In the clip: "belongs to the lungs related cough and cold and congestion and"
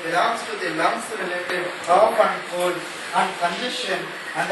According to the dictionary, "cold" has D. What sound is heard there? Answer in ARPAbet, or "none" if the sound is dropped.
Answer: none